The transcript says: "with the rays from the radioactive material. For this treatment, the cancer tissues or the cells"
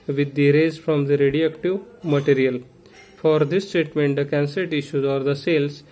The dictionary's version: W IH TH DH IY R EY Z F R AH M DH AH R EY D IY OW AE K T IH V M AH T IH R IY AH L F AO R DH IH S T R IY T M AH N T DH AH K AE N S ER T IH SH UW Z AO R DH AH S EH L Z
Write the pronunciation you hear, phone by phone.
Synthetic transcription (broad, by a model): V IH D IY R EY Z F R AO M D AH R EY D IY OW AE K T IH V M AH T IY R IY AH L F AO R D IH S T R IY T M AH N T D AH K AE N S ER T IH SH UW Z AO R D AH S EH L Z